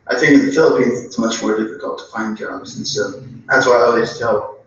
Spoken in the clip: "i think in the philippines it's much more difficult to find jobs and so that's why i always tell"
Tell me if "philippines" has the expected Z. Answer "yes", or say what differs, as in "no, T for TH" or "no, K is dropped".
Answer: yes